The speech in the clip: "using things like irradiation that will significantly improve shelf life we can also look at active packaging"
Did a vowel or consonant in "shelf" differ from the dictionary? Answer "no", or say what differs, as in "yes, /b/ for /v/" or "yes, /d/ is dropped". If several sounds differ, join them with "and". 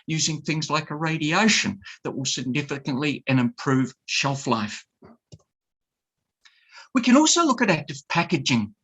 no